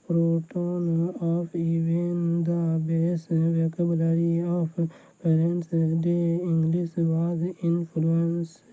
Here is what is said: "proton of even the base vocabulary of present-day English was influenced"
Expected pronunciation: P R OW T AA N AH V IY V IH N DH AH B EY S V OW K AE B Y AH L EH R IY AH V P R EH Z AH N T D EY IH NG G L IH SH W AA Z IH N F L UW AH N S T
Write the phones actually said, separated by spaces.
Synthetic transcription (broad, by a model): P R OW T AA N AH P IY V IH N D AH B EY S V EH K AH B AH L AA R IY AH P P EH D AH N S D EY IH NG G L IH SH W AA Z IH N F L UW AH N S